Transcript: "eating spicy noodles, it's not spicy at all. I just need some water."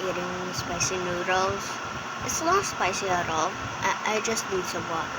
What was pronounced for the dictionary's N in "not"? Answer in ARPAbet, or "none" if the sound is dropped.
L